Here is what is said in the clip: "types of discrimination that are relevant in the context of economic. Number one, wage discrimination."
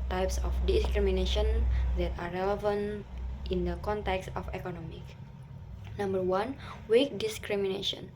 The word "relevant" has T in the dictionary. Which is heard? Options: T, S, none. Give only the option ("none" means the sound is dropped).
T